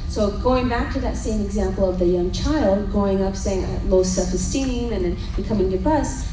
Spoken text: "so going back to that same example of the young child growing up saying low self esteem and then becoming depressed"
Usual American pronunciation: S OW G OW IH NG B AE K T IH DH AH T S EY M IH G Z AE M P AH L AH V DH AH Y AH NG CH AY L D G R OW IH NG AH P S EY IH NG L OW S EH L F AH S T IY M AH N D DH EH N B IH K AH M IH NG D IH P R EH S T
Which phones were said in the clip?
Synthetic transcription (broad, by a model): S OW G OW IH NG B AE K T IH DH AH T S EY M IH G Z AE M P L AH V DH AH Y AH NG CH AY L D G OW IH NG AH P S EY IH NG L OW S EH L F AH S T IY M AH N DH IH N B IH K AH M IH NG D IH P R EH S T